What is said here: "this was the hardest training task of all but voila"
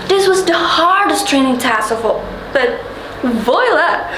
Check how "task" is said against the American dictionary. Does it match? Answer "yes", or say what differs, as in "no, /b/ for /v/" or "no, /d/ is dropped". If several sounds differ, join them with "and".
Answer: no, /k/ is dropped